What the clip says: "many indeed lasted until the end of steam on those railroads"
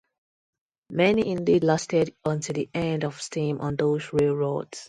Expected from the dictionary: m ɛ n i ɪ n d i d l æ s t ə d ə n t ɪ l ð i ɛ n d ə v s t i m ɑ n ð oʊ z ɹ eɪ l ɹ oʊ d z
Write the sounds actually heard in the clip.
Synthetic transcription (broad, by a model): m ɛ n i ɪ n d i d l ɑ s t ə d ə n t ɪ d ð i ɛ n d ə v s t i m ɑ n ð oʊ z ɹ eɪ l ɹ oʊ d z